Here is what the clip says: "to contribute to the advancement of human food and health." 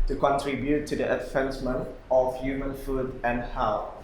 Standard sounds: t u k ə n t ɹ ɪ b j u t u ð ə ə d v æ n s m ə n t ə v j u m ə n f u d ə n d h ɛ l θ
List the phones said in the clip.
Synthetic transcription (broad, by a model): t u k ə n t ɹ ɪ b j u t u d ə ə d f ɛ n s m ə n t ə f j u m ə n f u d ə n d h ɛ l